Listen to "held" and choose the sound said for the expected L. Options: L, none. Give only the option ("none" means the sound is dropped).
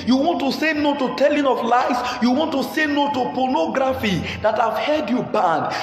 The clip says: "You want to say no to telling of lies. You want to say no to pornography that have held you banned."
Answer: none